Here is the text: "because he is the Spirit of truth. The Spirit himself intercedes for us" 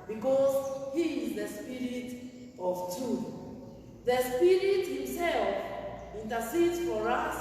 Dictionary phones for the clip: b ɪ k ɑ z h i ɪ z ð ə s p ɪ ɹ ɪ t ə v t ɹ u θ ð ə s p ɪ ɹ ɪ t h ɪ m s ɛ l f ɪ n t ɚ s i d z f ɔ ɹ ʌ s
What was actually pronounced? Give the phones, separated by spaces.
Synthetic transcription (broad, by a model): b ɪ k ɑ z h i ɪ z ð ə s p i ɹ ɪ t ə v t u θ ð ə s p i ɹ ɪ t h ɪ m s ɛ l f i n t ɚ s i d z f ɔ ɹ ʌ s